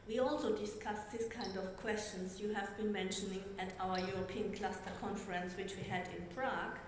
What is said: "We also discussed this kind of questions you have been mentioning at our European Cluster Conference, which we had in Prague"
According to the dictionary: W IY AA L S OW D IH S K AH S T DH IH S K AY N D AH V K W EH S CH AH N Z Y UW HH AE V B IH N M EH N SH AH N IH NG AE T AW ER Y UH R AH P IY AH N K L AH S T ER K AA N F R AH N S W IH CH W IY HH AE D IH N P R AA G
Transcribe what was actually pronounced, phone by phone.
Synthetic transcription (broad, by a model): W IY AA L S OW D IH S K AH S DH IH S K AY N D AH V K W EH S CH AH N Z Y UW HH AE V B IH N M EH N SH AH N IH NG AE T AW ER Y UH R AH P IY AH N K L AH S T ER K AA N F R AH N S W IH CH W IY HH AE D IH N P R AA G